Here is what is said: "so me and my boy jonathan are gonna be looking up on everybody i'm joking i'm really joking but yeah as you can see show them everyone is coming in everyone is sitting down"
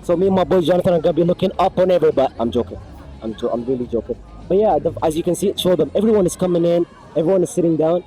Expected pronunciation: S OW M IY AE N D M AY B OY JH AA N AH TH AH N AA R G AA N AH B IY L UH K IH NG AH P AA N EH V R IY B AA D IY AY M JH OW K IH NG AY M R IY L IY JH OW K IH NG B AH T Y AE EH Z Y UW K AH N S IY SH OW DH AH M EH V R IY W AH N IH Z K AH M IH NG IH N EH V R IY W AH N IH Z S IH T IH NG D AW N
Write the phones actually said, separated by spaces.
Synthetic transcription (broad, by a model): S OW M IY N M AY B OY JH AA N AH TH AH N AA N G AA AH B IY L UH K IH NG AH P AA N EH V R IY B AA D IY AY M JH OW K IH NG AY M R IY L IY JH OW K IH NG B AH T Y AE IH Z Y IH K AH N S IY SH OW DH AH M EH V R IY W AH N IH Z K AH M IH NG IH N EH V R IY W AH N IH Z S IH T IH NG D AW N